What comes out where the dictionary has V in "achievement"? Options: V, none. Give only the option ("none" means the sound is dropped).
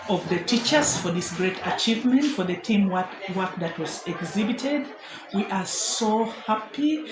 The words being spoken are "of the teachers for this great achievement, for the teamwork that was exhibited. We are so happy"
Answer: V